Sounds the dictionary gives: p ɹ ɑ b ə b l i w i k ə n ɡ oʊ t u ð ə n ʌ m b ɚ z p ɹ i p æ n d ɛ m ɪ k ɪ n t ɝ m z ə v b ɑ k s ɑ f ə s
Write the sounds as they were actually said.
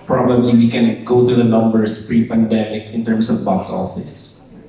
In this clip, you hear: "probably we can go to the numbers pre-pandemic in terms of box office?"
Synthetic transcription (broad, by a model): p ɹ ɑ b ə b l i w i k ə n ɡ oʊ t u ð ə n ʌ m b ɚ s p ɹ i p æ n d ɛ m ɪ k ɪ n t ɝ m s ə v b ɑ k s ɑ f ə s